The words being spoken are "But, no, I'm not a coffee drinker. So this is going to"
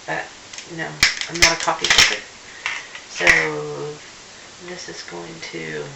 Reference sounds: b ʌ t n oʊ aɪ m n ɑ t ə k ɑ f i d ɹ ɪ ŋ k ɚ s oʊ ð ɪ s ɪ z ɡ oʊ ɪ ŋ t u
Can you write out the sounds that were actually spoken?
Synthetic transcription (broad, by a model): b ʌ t n oʊ aɪ m n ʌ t ə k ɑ p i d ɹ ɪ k s oʊ ð ɪ s ɪ z ɡ oʊ ɪ ŋ t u